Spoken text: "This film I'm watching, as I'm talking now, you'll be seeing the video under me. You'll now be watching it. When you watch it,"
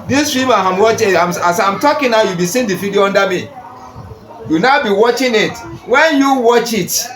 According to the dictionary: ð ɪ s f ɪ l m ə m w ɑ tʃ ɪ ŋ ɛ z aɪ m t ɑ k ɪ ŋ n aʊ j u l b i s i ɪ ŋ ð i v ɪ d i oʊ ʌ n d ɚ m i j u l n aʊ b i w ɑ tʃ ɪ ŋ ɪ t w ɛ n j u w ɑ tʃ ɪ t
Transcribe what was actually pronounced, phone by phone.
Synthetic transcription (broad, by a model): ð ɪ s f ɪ m ə m w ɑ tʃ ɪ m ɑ s aɪ m t ɑ k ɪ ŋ n aʊ j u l b i s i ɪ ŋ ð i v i d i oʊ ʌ n d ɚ m i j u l n aʊ b i w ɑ tʃ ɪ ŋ ɪ t w ɛ n j u w ɑ tʃ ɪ t